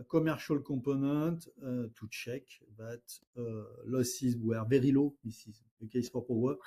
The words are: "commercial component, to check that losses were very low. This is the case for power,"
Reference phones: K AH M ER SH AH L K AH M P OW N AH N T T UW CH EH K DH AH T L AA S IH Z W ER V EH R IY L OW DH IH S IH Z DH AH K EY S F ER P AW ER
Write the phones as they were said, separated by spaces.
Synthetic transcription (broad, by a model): K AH M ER SH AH L K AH P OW N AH T T UW CH EH K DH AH T L AA S IH Z W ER V EH R IY L OW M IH S IH Z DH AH K EY S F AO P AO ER